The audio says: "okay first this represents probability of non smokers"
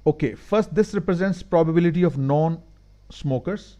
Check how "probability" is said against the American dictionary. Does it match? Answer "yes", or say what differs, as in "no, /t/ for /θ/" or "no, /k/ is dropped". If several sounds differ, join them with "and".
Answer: yes